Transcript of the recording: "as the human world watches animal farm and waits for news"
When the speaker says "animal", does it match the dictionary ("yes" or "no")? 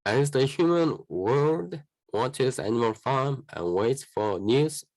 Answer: yes